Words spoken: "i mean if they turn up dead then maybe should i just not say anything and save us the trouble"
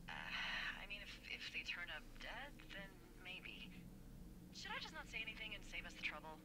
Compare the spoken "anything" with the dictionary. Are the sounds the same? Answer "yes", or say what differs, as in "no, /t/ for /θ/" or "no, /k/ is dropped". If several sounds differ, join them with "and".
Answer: yes